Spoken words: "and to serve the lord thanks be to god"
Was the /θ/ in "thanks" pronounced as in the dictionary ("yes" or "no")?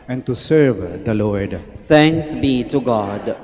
no